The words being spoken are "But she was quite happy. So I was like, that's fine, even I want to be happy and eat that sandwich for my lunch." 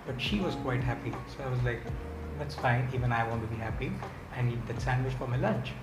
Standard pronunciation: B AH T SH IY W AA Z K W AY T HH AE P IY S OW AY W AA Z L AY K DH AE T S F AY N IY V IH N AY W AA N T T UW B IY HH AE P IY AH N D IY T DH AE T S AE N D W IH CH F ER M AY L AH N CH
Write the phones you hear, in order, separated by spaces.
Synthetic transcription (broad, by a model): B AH T SH IY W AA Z K W AY T HH AE P IY S OW AY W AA Z L AY K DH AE T S F AY N IY V IH N AY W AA N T T UW B IY HH AE P IY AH N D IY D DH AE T S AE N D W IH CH F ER M AY L AH N CH